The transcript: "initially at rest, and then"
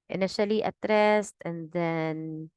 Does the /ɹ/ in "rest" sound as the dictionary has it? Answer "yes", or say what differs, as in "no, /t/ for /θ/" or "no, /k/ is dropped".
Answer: yes